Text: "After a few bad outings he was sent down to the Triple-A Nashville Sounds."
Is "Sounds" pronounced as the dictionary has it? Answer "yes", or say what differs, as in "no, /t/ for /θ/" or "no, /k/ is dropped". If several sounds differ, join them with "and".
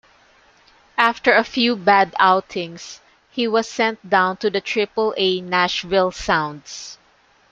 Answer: no, /s/ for /z/